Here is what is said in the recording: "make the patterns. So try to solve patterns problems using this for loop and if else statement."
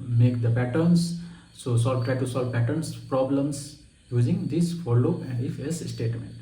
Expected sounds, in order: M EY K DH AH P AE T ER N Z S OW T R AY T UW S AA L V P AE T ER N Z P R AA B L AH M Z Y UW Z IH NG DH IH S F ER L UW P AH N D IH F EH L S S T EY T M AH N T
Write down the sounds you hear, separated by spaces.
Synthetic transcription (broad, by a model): M EY K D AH P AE T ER N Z S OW T R AY T UW S AA L V P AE T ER N S P R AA B L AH M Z Y UW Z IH NG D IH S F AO L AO AH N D IH F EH S S T EY T M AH N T